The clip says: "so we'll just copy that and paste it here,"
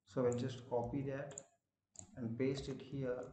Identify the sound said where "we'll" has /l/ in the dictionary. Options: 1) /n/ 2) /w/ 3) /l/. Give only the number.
1